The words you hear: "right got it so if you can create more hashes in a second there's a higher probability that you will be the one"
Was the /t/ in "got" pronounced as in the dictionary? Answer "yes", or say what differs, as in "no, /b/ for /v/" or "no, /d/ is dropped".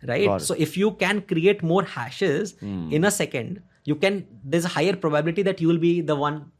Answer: no, /t/ is dropped